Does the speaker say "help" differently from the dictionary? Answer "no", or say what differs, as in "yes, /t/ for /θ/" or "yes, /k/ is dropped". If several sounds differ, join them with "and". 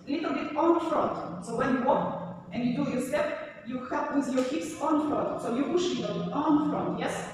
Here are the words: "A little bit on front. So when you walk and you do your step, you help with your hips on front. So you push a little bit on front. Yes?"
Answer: yes, /l/ is dropped